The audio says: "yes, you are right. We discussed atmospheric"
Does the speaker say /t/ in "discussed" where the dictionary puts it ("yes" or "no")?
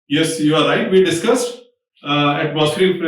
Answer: yes